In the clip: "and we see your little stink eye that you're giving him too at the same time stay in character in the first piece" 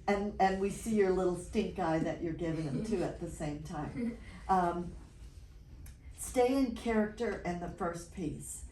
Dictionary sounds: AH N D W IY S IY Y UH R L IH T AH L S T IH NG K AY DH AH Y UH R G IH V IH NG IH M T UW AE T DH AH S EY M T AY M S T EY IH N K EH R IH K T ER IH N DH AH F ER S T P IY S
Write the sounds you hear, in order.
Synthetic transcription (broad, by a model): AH N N W IY S IY Y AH R L IH T L S T IH NG K AY DH AH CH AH R G IH V IH NG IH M T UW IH T DH AH S EY M T AY M S T EY IH N K EH R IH K T ER IH N DH AH F ER S P IY S